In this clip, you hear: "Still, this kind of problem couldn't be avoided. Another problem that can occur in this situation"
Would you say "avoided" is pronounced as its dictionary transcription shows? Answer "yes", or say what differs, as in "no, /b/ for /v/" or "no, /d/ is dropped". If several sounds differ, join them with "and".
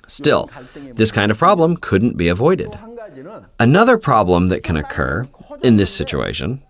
yes